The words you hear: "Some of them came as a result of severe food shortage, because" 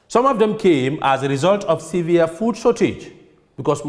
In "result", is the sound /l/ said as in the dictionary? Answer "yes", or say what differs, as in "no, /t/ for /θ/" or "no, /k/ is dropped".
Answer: yes